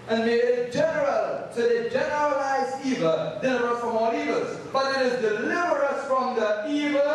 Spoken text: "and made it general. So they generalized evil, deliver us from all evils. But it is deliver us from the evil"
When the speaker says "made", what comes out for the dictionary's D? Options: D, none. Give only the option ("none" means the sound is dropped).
none